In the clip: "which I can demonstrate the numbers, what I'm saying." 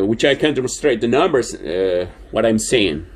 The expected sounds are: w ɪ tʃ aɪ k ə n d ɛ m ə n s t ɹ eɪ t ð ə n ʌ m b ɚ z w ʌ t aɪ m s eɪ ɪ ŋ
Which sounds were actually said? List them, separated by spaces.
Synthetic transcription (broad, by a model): w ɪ tʃ aɪ k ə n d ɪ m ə s t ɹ eɪ t ð ə n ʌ m b ɚ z w ʌ t aɪ m s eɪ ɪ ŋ